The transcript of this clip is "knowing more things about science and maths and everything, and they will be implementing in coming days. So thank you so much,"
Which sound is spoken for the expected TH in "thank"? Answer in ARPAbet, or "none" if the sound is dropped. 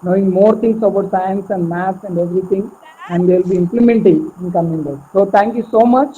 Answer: T